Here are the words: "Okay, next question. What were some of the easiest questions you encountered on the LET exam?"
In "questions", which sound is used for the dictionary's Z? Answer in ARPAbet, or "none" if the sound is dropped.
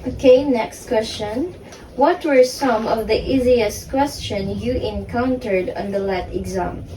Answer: none